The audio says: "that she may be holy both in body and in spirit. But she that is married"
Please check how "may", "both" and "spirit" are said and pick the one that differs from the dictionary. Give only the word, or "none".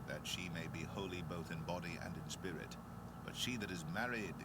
none